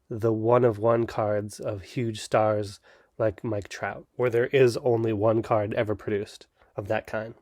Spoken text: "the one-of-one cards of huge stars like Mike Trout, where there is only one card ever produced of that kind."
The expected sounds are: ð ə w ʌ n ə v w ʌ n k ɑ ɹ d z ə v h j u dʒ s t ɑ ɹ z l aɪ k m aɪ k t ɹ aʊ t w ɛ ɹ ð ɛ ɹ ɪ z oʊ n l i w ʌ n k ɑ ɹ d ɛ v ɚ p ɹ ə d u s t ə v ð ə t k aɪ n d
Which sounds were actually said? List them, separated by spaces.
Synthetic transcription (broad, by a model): ð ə w ʌ n ə v w ʌ n k ɑ ɹ d z ə v h j u dʒ s t ɑ ɹ z l aɪ k m aɪ k t ɹ aʊ t w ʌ ɹ ð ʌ ɹ ɪ z oʊ n l i w ʌ n k ɑ ɹ d ɛ v ɚ p ɹ ə d u s t ə v ð ə t k aɪ n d